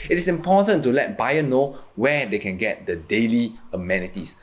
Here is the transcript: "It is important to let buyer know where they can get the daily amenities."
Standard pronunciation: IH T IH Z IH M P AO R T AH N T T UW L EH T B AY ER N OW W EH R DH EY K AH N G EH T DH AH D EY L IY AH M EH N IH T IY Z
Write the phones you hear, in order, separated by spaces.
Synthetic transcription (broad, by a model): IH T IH S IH M P AO T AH N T T UW L EH T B AY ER N OW W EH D EY K AH N G EH T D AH D EY L IY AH M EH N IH T IY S